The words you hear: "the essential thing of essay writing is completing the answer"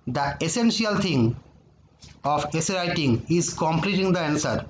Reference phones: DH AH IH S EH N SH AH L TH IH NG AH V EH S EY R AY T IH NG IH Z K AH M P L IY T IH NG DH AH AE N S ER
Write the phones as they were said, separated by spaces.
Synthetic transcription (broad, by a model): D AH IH S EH N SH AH L T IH NG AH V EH S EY R AY T IH NG IH Z K AH M P L IY T IH NG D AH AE N S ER